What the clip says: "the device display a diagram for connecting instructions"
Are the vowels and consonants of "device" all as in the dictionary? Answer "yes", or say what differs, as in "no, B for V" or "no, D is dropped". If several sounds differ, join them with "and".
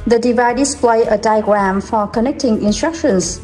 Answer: no, S is dropped